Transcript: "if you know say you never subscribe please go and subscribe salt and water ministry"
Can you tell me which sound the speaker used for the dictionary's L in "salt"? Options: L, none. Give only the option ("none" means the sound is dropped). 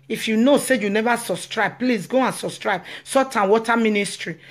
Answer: none